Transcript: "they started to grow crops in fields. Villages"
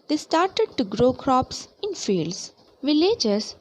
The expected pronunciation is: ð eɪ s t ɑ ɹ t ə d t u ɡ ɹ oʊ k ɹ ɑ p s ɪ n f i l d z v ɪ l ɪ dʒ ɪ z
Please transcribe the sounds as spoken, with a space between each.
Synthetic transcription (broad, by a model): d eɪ s t ɑ ɹ t ə d t u ɡ ɹ oʊ k ɹ ɑ p s ɪ n f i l d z v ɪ l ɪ dʒ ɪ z